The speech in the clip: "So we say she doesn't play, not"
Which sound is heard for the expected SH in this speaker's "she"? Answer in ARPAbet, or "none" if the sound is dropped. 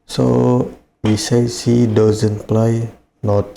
S